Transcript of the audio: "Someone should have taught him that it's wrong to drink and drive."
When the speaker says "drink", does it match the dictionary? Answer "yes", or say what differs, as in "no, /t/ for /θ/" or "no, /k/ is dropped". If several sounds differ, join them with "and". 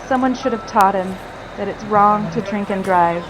yes